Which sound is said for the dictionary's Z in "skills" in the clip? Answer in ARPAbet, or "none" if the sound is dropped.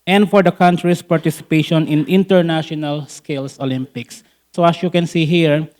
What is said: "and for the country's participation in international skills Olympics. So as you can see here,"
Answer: S